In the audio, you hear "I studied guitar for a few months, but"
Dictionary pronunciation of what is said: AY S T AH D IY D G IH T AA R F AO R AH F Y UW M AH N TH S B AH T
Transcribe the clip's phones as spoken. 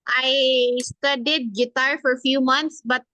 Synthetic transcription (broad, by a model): AY S T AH D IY D G IH T AA R F AO R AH F Y UW M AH N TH S B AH T